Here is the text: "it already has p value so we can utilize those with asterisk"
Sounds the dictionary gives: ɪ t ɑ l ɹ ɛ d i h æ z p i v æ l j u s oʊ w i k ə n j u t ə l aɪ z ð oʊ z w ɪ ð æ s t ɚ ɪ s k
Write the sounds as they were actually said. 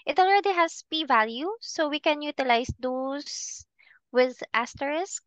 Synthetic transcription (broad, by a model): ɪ t ɑ l ɹ ɛ d i h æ s p i v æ l j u s oʊ w i k ə n j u t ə l aɪ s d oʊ s w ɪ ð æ s t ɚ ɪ s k